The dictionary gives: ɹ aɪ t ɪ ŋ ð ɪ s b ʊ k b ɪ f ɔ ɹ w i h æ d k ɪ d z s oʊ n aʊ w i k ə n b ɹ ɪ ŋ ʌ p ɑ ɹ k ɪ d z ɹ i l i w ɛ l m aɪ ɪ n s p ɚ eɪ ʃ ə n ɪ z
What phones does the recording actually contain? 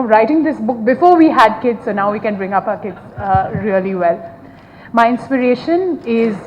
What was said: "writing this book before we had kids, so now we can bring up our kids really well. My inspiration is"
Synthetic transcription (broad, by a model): ɹ aɪ t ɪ ŋ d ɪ s b ʊ k b ɪ f ɔ ɹ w i h æ d k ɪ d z s oʊ n aʊ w i k ə n b ɹ ɪ ŋ ʌ p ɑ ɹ k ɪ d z ɹ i l i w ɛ l m aɪ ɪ n s p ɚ eɪ ʃ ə n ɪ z